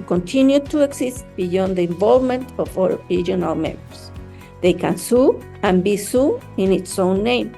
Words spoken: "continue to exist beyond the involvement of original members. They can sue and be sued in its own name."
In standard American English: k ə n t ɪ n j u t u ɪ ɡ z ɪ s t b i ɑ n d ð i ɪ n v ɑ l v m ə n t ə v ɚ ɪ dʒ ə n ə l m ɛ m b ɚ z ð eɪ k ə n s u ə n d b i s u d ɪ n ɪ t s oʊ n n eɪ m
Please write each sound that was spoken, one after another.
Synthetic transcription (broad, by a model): k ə n t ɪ n j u t u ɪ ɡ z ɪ s t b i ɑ n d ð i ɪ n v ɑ l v m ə n t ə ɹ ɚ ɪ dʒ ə n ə l m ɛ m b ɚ s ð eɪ k ə n s u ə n b i s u ɪ n ɪ t s oʊ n n eɪ m